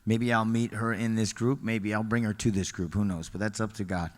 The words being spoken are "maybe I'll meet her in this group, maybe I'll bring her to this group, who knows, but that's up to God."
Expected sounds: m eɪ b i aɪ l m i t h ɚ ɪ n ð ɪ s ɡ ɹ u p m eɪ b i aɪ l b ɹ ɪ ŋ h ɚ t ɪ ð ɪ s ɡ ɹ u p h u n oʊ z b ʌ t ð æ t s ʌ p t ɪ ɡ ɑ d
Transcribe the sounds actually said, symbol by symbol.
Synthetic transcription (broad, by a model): m eɪ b i aɪ l m i t h ɚ ɪ n ð ɪ s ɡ ɹ u p m eɪ b i aɪ l b ɹ ɪ ŋ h ɚ t ɪ ð ɪ s ɡ ɹ u p h u n oʊ z b ʌ t ð æ t s ʌ p t ɪ ɡ ɑ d